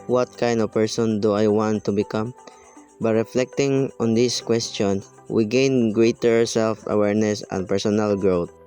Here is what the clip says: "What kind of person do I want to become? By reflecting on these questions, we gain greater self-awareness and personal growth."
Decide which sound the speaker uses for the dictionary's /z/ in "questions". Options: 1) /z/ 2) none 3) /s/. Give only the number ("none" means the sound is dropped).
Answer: 2